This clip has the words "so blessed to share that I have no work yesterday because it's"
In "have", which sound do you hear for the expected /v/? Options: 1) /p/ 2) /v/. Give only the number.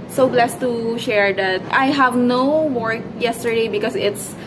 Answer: 2